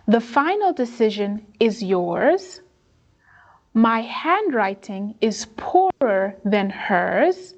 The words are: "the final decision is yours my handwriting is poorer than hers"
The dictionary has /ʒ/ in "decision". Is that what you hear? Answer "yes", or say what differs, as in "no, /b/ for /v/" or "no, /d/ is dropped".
yes